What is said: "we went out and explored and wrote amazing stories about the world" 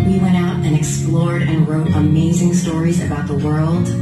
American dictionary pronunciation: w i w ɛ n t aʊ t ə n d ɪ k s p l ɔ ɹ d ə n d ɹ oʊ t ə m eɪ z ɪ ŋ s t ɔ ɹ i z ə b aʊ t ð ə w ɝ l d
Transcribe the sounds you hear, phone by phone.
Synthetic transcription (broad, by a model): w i w ɛ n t aʊ t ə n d ɪ k s p l ɔ ɹ d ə n ɹ oʊ t ə m eɪ z ɪ ŋ s t ɔ ɹ i z ə b aʊ t ð ə w ɝ l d